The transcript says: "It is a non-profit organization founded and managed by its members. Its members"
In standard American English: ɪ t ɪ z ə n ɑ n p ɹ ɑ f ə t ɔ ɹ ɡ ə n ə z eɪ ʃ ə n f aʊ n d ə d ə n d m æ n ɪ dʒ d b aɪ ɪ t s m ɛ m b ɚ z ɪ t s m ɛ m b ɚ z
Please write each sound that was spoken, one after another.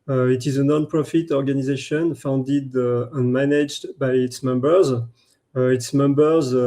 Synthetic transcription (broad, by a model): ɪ t ɪ z ə n ɑ n p ɹ ɑ f ə t ɔ ɹ ɡ ə n ə z eɪ ʃ ə n f aʊ n d ə d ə n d m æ n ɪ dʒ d b aɪ ɪ t s m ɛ m b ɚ z ɪ t s m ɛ m b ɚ z